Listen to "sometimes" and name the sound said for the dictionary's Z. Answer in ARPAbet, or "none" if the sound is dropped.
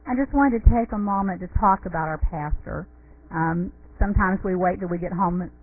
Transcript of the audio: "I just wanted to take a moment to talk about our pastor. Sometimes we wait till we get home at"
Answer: Z